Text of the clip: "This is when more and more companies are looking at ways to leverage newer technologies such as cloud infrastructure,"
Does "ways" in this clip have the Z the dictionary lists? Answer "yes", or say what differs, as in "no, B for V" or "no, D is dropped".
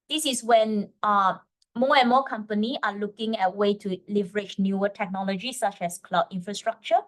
no, Z is dropped